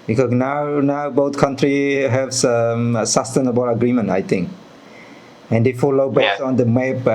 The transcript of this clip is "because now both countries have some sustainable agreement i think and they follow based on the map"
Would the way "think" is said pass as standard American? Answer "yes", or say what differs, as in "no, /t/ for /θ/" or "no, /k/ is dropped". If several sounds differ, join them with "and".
no, /t/ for /θ/